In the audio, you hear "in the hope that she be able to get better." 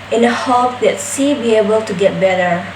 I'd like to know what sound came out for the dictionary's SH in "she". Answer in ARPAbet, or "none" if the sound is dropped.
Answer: S